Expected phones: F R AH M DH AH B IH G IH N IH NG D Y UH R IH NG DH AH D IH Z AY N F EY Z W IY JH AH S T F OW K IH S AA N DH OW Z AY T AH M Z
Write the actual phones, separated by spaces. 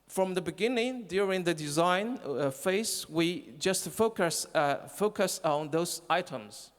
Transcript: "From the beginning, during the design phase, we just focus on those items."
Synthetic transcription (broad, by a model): F R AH M DH AH B IH G IH N IH NG D Y UH R IH NG DH AH D IH Z AY N F EY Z W IY JH AH S T F OW K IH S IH N DH OW Z AY T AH M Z